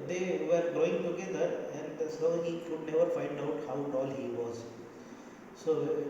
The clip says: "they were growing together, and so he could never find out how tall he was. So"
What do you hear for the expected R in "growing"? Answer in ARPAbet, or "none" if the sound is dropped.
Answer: none